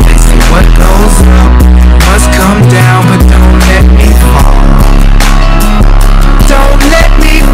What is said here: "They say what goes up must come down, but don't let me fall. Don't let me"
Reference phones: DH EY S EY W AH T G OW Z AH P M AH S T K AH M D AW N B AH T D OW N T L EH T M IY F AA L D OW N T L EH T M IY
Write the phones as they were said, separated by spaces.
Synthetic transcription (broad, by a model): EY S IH W AH T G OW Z AH P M AH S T K AH M D AW N B AH T D OW N T L EH T M IY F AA D OW N T L EH T M IY